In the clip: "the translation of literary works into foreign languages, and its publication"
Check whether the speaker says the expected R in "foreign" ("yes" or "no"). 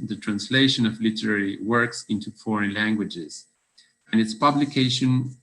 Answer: yes